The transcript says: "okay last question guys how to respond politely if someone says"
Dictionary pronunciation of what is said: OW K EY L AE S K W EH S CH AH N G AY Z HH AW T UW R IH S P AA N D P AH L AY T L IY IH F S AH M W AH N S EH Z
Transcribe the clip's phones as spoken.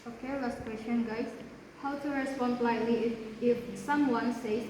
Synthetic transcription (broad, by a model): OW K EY L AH S K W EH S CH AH N G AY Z HH AW T UW R IH S P AA N D L AY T L IY IH F S AH M W AH N S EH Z